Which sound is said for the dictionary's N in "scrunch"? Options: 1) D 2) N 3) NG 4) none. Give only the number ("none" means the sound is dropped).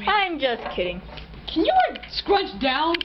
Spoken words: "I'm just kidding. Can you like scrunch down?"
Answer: 4